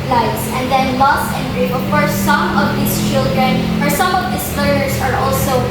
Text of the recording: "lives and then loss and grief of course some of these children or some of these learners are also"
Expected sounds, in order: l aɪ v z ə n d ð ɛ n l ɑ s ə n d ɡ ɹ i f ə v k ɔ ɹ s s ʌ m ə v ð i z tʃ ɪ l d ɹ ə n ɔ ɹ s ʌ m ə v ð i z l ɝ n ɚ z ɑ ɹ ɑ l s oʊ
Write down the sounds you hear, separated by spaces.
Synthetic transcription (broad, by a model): l aɪ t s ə n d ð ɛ n l ɑ s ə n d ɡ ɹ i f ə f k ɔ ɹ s s ʌ m ə v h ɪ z tʃ ɪ l d ɹ ə n ɔ ɹ s ʌ m ə v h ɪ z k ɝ ɚ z ɑ ɹ ɑ l s oʊ